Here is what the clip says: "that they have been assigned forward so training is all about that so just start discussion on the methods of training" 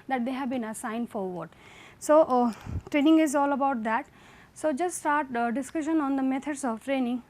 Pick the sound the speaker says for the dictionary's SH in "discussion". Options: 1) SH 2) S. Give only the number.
1